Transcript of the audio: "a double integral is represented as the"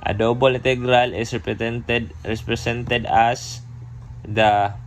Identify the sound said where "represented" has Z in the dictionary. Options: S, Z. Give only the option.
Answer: S